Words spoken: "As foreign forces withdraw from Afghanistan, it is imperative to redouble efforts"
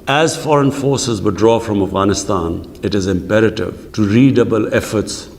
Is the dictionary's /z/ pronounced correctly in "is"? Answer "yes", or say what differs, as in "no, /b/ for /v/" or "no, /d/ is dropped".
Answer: yes